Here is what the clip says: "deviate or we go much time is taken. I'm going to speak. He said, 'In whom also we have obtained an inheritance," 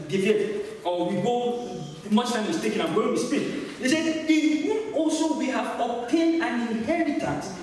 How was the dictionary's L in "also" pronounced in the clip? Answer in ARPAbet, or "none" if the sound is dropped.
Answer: L